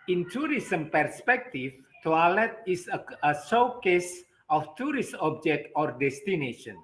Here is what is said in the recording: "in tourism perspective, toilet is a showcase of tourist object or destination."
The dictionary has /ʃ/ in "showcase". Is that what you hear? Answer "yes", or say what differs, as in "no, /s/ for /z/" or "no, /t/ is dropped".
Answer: no, /s/ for /ʃ/